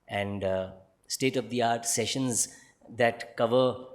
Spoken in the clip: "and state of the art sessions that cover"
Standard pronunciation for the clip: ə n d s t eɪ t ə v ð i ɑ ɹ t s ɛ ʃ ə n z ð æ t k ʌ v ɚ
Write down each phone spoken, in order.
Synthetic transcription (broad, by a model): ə n d s t eɪ t ə v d i ɑ ɹ t s ɛ ʃ ə n z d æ t k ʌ v ɚ